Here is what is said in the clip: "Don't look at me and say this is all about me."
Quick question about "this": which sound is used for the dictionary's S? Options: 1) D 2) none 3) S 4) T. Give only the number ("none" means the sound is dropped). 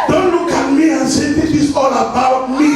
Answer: 2